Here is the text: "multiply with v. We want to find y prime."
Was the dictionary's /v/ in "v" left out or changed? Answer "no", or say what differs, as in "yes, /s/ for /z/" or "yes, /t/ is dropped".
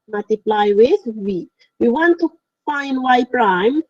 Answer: yes, /w/ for /v/